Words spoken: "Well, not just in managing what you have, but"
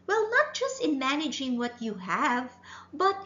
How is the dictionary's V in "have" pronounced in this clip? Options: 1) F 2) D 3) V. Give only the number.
3